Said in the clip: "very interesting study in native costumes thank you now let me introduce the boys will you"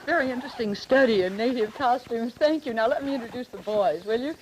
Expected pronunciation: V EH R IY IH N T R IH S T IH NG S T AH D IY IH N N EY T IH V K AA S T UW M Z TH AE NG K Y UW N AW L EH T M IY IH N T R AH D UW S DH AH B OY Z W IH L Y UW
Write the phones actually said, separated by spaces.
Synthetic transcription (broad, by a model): V EH R IY IH N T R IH S T IH NG S T AH D IY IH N N EY T IH V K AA S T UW M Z TH AE NG K Y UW N AW L EH T M IY IH N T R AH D UW S DH AH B OY Z W IH L Y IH